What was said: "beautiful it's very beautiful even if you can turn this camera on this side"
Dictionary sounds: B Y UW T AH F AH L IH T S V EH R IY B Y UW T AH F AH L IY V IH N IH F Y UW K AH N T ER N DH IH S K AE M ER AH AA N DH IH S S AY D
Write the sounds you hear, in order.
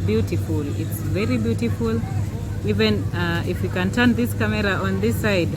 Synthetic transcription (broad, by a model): B Y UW T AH F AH L IH T S V EH R IY B Y UW T AH F AH L IY V IH N IH F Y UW K AH N T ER N DH IH S K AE M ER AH AA N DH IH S S AY D